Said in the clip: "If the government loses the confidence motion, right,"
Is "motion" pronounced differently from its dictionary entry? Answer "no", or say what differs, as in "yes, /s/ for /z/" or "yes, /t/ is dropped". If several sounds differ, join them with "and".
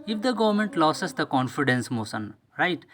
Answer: yes, /s/ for /ʃ/